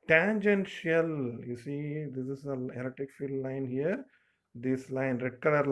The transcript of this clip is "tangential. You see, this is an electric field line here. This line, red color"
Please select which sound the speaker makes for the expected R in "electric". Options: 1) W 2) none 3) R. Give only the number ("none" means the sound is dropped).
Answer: 2